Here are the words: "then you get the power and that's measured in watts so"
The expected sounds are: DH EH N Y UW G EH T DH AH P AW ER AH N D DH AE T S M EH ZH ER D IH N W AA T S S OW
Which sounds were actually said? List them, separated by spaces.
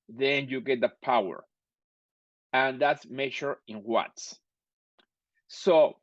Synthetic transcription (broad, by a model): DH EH N Y UW G EH T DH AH P AW ER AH N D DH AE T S M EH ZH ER IH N W AA T S S OW